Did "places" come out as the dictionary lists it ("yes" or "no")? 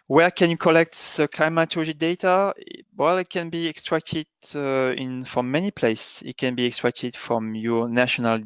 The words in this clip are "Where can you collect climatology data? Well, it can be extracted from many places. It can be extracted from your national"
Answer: no